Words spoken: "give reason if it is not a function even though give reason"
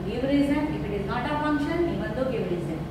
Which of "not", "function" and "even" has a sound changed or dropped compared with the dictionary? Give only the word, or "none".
even